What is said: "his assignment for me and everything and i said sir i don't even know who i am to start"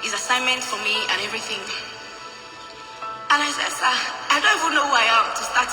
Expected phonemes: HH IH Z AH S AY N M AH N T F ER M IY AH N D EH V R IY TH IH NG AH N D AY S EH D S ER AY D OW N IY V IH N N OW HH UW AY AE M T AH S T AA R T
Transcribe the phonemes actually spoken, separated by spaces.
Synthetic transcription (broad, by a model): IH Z AH S AY N M AH N T F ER M IY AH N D EH V R IY TH IH NG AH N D AY S EH D S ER AY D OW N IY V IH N N OW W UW AY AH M T AH S T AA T